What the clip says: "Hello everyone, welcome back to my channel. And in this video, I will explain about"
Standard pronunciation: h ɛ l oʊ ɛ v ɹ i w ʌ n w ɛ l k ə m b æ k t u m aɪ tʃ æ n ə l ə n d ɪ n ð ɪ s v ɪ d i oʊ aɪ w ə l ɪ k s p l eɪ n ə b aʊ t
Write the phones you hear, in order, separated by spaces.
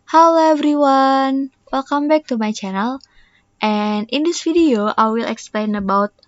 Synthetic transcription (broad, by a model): h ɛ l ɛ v ɹ i w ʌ n w ɛ l k ə m b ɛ k t u m aɪ tʃ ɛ n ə l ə n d ɪ n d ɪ s f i d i oʊ aɪ w ə l ɪ k s p l eɪ n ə b aʊ t